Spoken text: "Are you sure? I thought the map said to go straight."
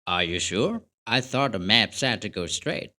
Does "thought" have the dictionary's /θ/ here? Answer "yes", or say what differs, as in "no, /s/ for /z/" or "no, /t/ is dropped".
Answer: yes